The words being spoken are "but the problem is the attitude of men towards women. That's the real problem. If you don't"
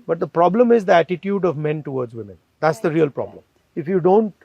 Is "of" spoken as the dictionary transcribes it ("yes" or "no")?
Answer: yes